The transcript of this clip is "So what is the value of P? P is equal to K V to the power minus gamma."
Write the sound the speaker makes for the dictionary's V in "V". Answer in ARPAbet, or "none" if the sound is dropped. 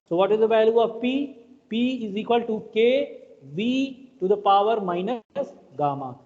V